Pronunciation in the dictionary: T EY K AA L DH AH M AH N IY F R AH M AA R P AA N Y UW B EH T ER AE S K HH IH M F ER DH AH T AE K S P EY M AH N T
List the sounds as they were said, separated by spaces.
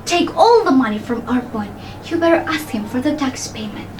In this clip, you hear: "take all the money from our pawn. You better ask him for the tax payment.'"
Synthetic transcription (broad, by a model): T EY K AA L DH AH M AH N IY F R AH M AA R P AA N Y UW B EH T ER AE S K HH IH M F ER DH AH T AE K S P EY M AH N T